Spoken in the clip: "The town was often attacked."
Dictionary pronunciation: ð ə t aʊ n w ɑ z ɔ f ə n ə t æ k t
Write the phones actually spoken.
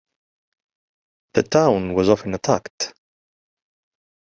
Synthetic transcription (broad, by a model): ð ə t aʊ n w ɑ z ɔ f ə n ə t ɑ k t